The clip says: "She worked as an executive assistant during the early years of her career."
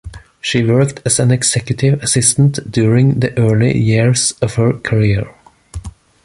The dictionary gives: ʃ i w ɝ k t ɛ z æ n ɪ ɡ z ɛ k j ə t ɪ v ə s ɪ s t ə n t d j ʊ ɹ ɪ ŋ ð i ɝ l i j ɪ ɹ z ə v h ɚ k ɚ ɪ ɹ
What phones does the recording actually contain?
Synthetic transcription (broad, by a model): ʃ i w ɝ k t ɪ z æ n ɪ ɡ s ɛ k j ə t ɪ v ə s ɪ s t ə n t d j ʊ ɹ ɪ ŋ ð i ɝ l i j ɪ ɹ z ə v h ɚ k ɚ ɪ ɹ